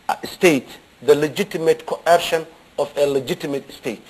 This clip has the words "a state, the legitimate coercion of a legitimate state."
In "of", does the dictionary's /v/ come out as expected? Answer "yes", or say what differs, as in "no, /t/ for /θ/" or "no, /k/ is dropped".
no, /f/ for /v/